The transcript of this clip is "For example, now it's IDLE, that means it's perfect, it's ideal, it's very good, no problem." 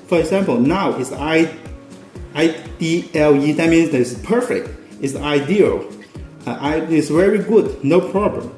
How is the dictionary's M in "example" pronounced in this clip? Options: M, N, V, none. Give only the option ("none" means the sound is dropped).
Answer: M